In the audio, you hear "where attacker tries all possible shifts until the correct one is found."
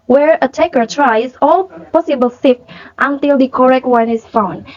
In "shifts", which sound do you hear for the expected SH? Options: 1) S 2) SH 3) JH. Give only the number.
1